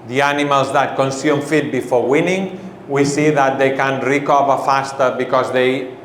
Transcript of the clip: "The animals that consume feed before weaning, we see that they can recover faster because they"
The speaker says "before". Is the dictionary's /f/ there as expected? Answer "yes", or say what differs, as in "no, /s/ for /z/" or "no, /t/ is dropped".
yes